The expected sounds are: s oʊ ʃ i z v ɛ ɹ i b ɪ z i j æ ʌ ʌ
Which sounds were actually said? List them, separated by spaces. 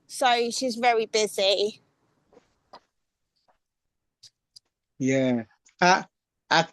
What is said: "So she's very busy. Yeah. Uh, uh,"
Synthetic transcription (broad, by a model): s oʊ ʃ i z v ɛ ɹ i b ɪ z i j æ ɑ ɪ